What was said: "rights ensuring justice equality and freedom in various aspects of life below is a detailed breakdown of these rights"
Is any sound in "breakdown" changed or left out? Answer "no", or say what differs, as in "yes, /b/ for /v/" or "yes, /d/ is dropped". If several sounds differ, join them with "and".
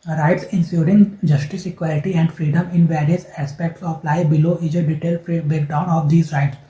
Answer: yes, /ɹ/ is dropped